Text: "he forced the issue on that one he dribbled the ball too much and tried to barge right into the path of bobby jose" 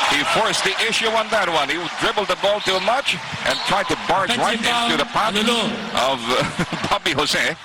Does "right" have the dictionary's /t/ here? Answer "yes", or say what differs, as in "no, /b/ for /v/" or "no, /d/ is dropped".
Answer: no, /t/ is dropped